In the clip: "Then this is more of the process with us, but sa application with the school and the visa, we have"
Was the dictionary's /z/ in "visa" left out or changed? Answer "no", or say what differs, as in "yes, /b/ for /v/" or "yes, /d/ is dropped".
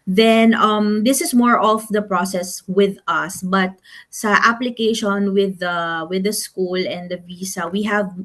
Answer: yes, /s/ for /z/